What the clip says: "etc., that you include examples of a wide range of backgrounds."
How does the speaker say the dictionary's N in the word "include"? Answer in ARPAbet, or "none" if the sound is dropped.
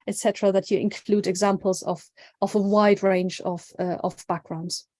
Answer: N